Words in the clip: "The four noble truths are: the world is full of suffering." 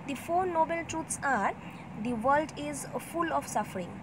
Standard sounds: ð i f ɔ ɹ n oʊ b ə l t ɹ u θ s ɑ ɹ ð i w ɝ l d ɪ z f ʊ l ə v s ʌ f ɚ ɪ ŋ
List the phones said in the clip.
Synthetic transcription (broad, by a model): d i f ɔ ɹ n oʊ b ə l t ɹ u t s ɑ ɹ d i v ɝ l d ɪ z f ʊ l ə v s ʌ f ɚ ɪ ŋ